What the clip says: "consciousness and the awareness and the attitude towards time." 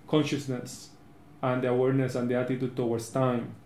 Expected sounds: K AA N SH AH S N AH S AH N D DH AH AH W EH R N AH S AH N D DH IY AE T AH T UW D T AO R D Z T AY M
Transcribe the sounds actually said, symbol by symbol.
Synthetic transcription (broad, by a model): K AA N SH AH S N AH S AH N D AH AH W EH R N AH S AH N D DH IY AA T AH T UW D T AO W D S T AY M